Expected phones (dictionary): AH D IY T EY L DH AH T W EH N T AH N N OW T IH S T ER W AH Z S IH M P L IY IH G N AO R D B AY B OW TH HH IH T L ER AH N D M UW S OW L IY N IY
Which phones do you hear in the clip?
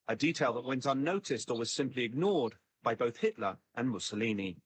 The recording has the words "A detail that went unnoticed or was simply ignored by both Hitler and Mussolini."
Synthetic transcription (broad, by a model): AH D IY T EY L DH AH T W EH N T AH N N OW T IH S T ER W AH Z S IH M P L IY IH G N AO R D B AY B OW TH HH IH T L ER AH N M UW S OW L IY N IY